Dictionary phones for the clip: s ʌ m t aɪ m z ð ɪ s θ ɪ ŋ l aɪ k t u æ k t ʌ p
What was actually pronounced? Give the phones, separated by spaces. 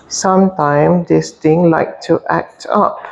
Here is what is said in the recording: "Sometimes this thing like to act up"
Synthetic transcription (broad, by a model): s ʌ m t aɪ m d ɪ s t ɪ ŋ l aɪ k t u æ k t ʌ p